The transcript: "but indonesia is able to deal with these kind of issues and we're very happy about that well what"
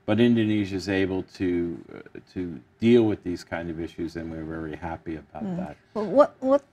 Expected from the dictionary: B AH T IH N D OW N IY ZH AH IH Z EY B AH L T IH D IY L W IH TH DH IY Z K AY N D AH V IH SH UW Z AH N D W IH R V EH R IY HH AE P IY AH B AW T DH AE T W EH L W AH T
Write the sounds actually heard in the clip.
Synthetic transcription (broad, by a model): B AH T IH N D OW N IY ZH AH IH Z EY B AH L T IH D IY L W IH DH IY Z K AY N D AH V IH SH UW Z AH N W IH R V EH R IY HH AE P IY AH B AW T DH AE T W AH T W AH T